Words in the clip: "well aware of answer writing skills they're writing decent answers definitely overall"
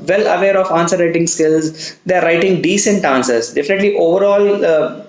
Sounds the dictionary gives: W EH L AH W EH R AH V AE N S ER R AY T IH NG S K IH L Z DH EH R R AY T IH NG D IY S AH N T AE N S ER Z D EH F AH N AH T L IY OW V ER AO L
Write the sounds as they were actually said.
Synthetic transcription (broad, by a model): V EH L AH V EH R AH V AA N S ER R AY T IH NG S K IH L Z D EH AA R AY T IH NG D IY S AH N T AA N S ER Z D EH F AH N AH T L IY OW V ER AO L